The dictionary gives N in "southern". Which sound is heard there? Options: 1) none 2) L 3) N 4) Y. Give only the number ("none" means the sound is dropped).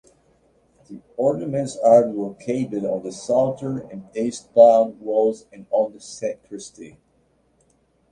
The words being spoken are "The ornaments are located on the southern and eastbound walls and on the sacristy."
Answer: 1